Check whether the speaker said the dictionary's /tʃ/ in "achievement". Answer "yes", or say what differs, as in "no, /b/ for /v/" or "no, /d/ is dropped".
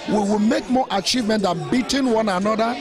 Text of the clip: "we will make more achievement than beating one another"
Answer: yes